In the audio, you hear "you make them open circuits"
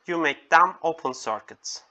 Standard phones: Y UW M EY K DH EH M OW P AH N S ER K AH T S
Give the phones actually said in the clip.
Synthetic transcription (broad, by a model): Y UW M EY K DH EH M OW P AH N S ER K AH T S